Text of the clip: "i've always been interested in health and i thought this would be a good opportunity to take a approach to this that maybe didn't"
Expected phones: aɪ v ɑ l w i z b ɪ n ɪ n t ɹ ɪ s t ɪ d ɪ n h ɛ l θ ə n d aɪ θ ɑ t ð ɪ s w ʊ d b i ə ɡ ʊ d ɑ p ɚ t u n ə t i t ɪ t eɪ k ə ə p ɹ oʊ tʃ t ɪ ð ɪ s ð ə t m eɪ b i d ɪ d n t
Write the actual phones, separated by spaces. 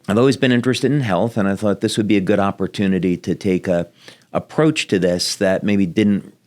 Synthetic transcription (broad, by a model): aɪ v ɑ l w i z b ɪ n ɪ n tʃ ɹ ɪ s t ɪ d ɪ n h ɛ l θ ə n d aɪ θ ɑ t ð ɪ s w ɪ d b i ə ɡ ʊ d ɑ p ɚ t u n ə t i t ɪ t eɪ k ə ə p ɹ oʊ tʃ t ɪ ð ɪ s ð ə t m eɪ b i d ɪ d n t